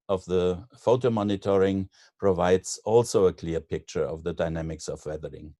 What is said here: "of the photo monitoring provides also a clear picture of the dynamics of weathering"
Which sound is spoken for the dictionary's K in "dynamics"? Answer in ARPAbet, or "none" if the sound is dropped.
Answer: K